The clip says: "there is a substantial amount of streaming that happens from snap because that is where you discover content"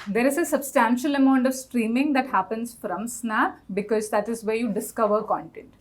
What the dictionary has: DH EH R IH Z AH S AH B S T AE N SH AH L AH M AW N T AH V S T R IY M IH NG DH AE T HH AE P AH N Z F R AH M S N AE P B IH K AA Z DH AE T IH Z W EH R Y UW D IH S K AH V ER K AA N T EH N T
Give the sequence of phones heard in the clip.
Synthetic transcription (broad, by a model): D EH R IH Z AH S AH B S T AE N SH AH L AH M AW N T AH V S T R IY M IH NG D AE T HH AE P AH N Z F R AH M S N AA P B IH K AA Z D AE T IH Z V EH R Y UW D IH S K AH V ER K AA N T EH N T